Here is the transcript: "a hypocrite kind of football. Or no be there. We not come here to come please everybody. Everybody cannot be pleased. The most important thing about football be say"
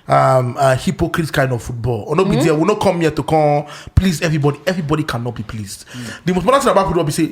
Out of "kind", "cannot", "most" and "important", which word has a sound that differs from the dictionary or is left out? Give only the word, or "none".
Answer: important